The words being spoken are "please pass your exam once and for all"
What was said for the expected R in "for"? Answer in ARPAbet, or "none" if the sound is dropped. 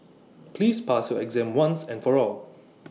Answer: R